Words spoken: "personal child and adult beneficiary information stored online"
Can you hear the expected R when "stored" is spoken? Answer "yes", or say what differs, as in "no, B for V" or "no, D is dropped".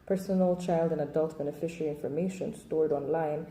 yes